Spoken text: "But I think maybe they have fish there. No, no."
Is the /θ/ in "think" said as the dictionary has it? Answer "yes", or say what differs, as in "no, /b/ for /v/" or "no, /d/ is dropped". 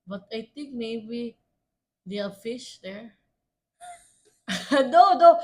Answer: no, /t/ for /θ/